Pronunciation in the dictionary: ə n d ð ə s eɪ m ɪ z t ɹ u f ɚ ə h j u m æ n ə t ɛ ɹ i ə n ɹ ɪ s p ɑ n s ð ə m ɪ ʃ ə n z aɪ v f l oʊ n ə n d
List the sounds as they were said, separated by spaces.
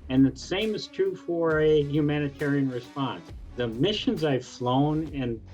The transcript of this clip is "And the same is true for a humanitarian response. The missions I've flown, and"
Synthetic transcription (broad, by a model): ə n ð ə s eɪ m ɪ z t ɹ u f ɚ ə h j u m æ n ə t ɛ ɹ i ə n ɹ ɪ s p ɑ n s ð ə m ɪ ʃ ə n z aɪ v f l oʊ n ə n